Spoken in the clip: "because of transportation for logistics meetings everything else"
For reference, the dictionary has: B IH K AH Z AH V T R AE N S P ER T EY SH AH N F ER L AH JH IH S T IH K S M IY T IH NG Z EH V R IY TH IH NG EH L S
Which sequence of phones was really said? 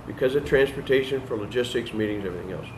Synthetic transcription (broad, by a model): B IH K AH Z AH V T R AE N S P ER T EY SH AH N F ER L AH JH IH S T IH K S M IY T IH NG Z EH V R IY TH IH NG EH L S